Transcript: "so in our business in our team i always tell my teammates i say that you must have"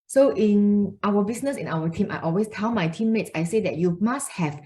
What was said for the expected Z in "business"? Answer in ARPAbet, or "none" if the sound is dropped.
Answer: S